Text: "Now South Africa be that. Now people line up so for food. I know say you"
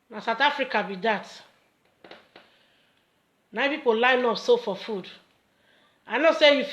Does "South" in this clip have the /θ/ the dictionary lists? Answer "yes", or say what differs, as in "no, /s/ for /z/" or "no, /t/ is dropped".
no, /t/ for /θ/